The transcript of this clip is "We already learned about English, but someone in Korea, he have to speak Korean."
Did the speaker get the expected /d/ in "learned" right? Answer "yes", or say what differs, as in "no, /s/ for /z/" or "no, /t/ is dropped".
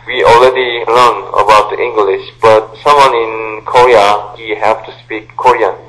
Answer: no, /d/ is dropped